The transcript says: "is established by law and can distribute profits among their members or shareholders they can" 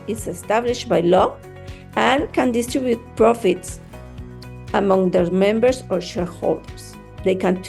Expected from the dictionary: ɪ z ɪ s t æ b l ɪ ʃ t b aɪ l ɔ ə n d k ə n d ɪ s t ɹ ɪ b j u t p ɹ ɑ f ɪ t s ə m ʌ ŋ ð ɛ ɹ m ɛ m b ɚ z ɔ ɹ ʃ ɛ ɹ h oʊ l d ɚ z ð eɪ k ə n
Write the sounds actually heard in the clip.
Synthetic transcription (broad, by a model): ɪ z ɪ s t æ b l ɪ ʃ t b aɪ l ɔ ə n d k ə n d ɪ s t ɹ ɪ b j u t p ɹ ɑ f ɪ t s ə m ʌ ŋ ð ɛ ɹ m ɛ m b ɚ s ɔ ɹ ʃ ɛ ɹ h oʊ l d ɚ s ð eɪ k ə n